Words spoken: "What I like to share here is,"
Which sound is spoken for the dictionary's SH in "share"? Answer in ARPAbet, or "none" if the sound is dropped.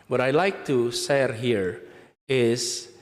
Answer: S